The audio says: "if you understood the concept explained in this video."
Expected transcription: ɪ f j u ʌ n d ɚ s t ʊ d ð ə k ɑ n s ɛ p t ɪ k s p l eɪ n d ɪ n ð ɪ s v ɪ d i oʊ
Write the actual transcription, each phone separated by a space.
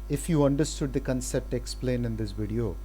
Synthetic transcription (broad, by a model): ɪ f j u ʌ n d ɚ s t ʊ d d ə k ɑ n s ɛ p t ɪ k s p l eɪ n ɪ n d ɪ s v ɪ d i oʊ